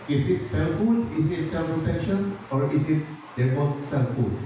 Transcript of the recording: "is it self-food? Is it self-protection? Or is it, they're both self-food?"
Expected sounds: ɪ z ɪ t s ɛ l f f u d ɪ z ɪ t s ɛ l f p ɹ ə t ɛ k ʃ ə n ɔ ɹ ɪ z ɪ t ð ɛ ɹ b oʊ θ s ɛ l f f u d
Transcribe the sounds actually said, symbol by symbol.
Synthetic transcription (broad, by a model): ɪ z ɪ t s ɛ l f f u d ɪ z ɪ t s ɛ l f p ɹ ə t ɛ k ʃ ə n ɔ ɹ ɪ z ɪ t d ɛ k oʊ s s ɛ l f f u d